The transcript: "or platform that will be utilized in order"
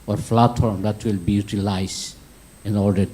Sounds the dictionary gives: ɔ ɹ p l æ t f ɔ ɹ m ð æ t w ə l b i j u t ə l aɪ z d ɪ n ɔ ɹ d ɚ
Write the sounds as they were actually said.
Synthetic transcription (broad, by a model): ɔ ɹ f l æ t ɔ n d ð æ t w ə l b i j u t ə l aɪ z ɪ n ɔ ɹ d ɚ